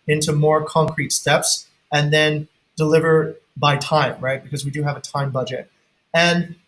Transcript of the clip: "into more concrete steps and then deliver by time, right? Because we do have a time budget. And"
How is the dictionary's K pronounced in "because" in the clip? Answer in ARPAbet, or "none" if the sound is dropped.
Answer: K